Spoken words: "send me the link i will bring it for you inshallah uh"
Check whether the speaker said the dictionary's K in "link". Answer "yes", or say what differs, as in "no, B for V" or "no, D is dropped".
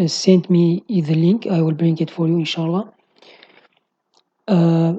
yes